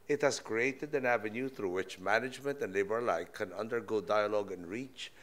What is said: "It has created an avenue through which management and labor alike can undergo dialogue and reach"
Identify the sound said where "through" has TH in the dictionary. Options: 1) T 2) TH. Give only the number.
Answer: 2